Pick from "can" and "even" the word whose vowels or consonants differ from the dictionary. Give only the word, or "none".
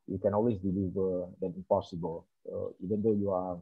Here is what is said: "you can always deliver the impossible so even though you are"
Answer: none